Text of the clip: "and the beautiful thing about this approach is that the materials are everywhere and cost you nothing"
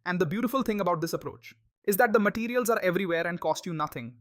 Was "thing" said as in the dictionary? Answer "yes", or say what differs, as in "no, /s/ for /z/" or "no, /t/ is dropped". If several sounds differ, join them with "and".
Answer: no, /t/ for /θ/